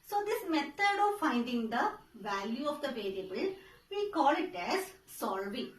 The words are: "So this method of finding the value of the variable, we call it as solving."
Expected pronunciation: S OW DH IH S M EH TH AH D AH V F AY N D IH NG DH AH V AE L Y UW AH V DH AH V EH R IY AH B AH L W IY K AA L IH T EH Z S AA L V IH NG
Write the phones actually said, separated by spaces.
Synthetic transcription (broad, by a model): S OW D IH S M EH T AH D AH V F AY N D IH NG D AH V AE L Y UW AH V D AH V EH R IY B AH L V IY K AA L IH T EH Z S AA L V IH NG